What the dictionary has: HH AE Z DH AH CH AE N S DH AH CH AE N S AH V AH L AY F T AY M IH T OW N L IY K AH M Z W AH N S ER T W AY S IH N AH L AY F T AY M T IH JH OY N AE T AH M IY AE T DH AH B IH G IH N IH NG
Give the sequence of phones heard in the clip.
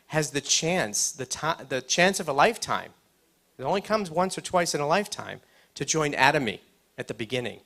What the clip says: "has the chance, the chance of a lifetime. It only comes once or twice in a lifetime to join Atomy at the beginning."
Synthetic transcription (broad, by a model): HH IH Z DH AH CH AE N S DH AH CH AE N S AH V AH L AY F T AY M IH T OW N L IY K AH M Z W AH N S ER T W AY S IH N AH L AY F T AY M T IH JH OY N AE T AH M IY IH T DH AH B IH G IH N IH NG